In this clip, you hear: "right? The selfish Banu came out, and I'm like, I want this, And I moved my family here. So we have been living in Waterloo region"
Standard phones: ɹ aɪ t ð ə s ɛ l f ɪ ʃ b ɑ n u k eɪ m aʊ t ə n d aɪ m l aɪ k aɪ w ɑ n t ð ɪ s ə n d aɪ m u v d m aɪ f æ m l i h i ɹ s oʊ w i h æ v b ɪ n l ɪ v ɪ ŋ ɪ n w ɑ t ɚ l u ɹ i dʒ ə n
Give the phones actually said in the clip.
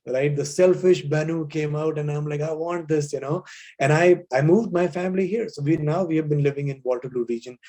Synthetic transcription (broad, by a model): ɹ aɪ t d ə s ɛ l f ɪ ʃ b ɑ n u k eɪ m aʊ t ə n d aɪ m l aɪ k aɪ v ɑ n t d ɪ s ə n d aɪ m u v d m aɪ f æ m l i h i ɹ s oʊ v i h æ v b ɪ n l ɪ v ɪ ŋ ɪ n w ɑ t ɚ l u ɹ i dʒ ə n